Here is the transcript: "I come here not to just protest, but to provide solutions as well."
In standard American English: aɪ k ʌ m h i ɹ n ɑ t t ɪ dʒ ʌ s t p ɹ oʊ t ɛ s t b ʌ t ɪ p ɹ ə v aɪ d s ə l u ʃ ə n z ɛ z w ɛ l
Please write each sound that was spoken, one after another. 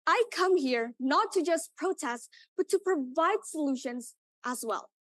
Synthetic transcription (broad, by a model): aɪ k ʌ m h i ɹ n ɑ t t ɪ dʒ ʌ s p ɹ oʊ t ɛ s t b ʌ t ɪ p ɹ ə v aɪ d s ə l u ʃ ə n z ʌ z w ɛ l